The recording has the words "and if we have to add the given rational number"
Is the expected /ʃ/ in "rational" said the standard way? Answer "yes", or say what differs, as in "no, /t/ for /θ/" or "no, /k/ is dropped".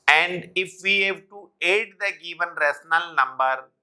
no, /s/ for /ʃ/